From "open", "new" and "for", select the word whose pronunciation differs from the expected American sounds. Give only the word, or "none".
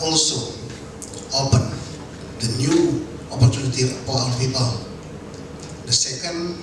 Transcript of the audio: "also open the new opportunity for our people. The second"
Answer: for